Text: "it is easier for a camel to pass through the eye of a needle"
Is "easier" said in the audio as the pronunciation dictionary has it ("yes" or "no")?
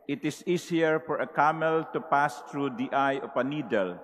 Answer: no